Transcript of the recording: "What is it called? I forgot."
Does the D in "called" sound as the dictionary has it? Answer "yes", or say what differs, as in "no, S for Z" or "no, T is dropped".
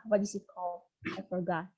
no, D is dropped